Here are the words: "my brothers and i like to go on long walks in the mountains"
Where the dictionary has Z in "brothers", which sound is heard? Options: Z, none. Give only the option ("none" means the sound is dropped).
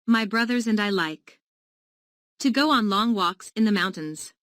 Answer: Z